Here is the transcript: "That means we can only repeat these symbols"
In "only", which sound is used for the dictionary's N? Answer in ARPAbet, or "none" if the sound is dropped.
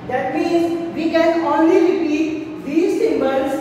N